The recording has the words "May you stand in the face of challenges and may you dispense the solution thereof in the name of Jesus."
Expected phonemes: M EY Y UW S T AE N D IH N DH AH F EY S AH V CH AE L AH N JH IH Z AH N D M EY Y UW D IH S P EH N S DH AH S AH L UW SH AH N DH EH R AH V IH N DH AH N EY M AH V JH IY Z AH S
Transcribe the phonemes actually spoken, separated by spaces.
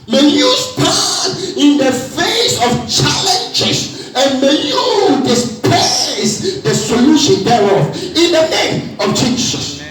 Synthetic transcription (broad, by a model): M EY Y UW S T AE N IH N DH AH F EY S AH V CH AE L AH N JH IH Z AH N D M EY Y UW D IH S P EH S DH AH S AH L UW SH AH N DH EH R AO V IH N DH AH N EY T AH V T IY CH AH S